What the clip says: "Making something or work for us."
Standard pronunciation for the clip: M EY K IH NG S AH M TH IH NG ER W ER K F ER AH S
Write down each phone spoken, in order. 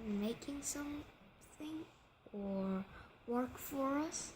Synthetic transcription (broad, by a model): M EY K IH NG S AH M TH IH NG ER W ER K F ER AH S